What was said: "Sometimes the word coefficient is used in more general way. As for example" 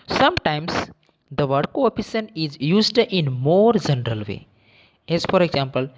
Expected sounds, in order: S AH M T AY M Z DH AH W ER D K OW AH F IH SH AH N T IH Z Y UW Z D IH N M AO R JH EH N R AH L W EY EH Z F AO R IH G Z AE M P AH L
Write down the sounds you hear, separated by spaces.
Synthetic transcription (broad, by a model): S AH M T AY M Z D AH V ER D K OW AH P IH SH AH N IH Z Y UW Z D IH N M AO R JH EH N R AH L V EY EH Z F AO R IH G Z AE M P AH L